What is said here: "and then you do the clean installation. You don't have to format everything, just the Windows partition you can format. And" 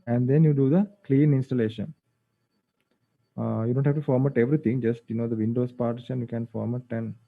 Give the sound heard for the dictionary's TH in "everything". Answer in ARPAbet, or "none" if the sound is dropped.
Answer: T